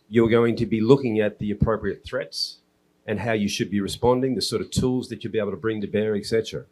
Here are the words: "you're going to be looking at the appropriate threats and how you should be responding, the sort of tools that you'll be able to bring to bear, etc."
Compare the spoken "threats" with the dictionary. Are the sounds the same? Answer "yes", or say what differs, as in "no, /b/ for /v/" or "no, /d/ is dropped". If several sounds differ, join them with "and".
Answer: yes